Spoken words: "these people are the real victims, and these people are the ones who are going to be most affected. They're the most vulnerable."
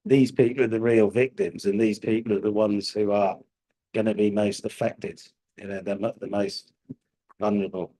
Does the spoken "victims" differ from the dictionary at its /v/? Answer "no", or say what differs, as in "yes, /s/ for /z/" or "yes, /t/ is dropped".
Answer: no